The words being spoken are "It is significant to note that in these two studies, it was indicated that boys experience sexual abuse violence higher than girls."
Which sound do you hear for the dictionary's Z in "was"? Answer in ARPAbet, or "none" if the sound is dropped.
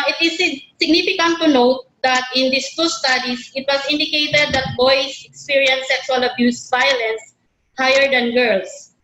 S